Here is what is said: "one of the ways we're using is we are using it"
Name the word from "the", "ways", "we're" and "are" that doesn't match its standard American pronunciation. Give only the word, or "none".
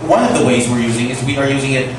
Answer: none